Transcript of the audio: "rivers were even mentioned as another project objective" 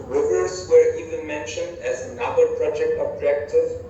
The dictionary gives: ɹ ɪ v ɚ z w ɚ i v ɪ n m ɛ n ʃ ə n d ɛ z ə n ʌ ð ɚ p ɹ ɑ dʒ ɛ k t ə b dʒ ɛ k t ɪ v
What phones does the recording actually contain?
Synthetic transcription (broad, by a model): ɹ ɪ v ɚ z w ɚ i v ɪ n m ɛ n ʃ ə n d ɛ z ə n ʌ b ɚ p ɹ ɑ dʒ ɛ k t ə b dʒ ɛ k t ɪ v